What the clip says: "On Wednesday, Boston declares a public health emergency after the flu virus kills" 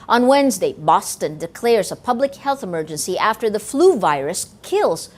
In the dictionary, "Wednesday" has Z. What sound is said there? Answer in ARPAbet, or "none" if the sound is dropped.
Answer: Z